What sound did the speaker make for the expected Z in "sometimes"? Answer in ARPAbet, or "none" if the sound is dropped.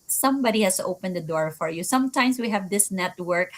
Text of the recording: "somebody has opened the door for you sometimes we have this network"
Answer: S